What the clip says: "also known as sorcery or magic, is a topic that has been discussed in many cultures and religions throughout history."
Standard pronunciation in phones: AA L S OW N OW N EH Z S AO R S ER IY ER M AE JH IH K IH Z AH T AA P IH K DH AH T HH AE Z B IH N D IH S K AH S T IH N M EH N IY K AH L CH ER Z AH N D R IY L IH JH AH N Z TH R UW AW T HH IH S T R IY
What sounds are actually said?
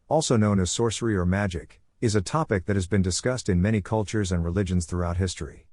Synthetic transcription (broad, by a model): AA L S OW N OW N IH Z S AO R S ER IY ER M AE JH IH K IH Z AH T AA P IH K DH AH T HH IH Z B IH N D IH S K AH S T IH N M EH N IY K AH L CH ER Z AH N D R IY L IH JH AH N Z TH R UW AW T HH IH S T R IY